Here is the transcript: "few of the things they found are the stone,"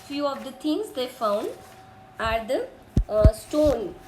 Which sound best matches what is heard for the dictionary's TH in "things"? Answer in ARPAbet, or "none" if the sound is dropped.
T